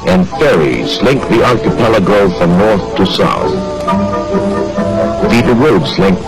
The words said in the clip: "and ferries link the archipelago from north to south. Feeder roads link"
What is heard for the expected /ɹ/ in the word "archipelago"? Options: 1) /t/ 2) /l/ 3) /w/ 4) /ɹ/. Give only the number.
2